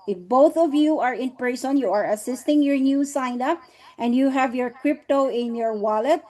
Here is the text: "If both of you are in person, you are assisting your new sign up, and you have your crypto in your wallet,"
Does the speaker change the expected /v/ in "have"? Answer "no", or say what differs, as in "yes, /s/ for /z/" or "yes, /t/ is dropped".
no